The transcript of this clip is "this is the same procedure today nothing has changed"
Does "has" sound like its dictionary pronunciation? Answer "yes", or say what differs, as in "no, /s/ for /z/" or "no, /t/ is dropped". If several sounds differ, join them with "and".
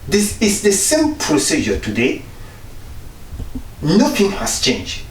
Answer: no, /s/ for /z/